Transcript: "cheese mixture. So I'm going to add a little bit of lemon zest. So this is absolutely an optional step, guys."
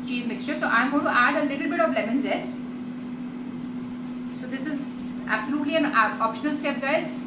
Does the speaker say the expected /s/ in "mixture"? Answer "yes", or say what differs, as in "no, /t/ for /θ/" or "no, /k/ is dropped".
yes